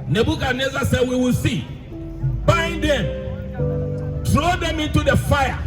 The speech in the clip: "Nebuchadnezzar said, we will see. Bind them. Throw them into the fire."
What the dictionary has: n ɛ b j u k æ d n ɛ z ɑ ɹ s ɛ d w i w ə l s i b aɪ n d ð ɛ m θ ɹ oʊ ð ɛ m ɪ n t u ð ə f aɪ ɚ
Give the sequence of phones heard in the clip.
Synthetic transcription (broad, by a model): n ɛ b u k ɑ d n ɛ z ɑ s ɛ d w i w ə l s i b aɪ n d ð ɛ m t ɹ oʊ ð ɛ m ɪ n t u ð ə f aɪ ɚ